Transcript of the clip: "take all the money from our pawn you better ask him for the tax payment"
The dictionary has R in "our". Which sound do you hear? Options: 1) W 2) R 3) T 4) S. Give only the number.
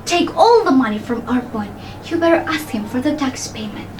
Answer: 2